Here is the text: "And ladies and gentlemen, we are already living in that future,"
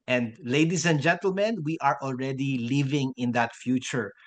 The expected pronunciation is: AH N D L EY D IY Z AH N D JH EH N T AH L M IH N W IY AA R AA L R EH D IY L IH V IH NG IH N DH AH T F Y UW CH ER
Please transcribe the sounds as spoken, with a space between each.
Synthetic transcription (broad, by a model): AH N D L EY D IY S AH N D JH EH N T AH L M IH N W IY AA R AA L R EH D IY L IH V IH NG IH N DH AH T F Y UW CH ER